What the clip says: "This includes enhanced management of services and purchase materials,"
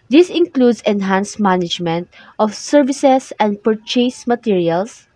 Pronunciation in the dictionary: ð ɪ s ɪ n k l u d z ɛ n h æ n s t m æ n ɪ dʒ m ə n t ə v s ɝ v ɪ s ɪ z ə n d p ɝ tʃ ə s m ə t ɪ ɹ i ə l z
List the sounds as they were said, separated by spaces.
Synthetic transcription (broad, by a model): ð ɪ s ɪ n k l u d s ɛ n h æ n s m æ n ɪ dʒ m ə n t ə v s ɝ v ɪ s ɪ s ə n d p ɝ tʃ ə s m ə t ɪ ɹ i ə l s